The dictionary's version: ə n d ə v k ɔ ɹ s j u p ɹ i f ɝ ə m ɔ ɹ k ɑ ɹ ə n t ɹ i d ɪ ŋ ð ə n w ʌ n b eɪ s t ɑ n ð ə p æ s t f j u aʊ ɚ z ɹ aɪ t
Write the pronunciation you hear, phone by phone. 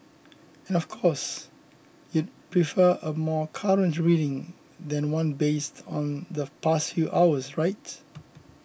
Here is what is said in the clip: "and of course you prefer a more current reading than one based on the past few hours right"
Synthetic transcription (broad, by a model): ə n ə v k ɔ s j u p ɹ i f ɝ ə m ɔ k ɑ ɹ ə n t ɹ i d ɪ ŋ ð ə n w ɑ n b eɪ s t ɑ n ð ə p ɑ s t f j u aʊ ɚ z ɹ aɪ t